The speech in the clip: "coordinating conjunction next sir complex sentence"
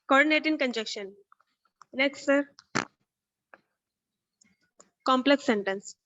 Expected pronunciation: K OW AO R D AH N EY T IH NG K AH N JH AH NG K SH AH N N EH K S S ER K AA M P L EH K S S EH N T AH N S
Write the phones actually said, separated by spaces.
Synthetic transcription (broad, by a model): K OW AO R D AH N EY T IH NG K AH N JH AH K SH AH N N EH K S S ER K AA M P L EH K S S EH N T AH N S